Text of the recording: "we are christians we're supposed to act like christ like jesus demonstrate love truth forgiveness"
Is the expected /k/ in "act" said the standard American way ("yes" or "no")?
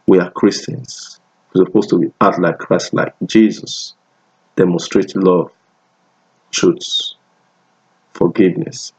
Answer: no